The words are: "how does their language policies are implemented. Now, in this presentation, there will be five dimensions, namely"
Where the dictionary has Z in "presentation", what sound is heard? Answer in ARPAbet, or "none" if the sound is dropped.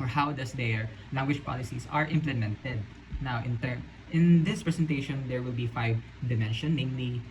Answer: S